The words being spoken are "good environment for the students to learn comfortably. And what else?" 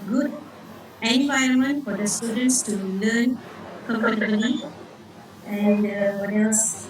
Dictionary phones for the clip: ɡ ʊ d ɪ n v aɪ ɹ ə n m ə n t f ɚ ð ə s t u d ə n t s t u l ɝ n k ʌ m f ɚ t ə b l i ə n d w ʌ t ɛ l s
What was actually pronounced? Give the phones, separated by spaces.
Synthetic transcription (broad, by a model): ɡ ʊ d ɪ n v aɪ ə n m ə n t f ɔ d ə s t u d ə n t s t u l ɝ n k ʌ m p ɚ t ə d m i ə n d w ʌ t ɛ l s